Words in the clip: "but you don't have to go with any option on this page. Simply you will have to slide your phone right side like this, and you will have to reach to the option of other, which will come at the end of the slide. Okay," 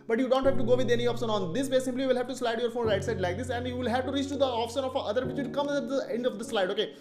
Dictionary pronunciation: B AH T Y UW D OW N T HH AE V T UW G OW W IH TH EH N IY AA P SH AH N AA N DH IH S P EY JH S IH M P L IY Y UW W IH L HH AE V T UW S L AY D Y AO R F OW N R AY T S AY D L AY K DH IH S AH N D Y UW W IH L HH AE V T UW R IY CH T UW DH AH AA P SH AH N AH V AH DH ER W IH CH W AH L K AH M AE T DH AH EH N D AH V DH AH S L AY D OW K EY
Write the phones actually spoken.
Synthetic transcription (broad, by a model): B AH T Y UW D OW N T HH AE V T UW G OW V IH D EH N IY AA P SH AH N AA N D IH S B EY S IH M P L IY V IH L HH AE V T UW S L AY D Y AO R F OW N R AY T S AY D L AY K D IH S AH N D Y UW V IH L HH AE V T UW R IY CH T UW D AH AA P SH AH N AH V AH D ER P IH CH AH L K AH M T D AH EH N D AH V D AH S L AY D OW K EY